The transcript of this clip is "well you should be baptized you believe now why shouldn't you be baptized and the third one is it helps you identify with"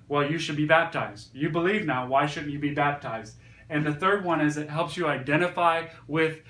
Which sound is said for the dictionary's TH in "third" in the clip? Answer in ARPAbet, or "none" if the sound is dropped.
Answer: TH